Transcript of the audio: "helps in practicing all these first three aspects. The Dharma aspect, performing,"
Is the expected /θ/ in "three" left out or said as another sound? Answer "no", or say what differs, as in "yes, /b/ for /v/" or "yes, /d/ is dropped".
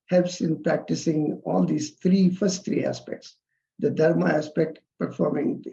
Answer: yes, /t/ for /θ/